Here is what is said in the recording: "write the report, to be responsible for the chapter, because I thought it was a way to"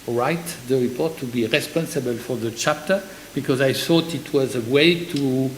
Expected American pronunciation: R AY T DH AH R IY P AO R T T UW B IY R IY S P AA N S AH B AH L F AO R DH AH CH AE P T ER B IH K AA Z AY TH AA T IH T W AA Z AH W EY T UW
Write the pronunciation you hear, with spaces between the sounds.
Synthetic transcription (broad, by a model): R AY T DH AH R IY P AO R T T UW B IY R IY S P AA N S AH B AH L F AO R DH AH CH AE P T ER B IH K AA Z AY TH AA T IH T W AA Z AH W EY T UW